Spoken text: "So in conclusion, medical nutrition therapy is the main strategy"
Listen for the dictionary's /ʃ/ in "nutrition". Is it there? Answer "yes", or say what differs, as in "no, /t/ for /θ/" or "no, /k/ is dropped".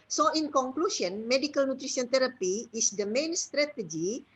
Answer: no, /s/ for /ʃ/